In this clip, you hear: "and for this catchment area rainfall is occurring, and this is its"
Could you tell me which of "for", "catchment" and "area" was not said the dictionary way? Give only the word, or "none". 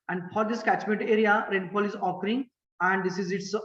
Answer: none